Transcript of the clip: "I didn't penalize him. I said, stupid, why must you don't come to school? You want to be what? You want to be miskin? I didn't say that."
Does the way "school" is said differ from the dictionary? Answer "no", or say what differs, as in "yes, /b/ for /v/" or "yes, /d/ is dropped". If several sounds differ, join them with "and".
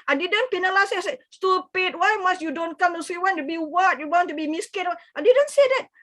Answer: yes, /k/ is dropped